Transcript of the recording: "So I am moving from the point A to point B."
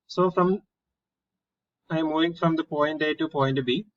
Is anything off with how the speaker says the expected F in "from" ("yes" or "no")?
no